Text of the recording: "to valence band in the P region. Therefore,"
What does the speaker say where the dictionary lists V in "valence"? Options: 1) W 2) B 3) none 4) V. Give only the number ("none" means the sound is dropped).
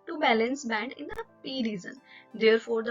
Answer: 2